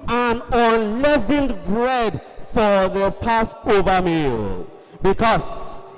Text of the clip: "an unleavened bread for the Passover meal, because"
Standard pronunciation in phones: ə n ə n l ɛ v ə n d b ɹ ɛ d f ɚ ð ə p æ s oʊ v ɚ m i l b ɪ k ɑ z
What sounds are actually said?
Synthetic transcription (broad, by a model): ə n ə n l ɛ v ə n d b ɹ ɛ d f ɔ ð ə p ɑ s oʊ v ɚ m i l b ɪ k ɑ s